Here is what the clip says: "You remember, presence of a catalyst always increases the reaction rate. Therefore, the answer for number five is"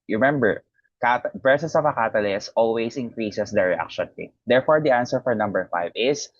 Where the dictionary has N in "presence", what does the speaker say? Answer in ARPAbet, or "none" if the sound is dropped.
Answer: none